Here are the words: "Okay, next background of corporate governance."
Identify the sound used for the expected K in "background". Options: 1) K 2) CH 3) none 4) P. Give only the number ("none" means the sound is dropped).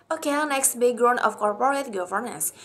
3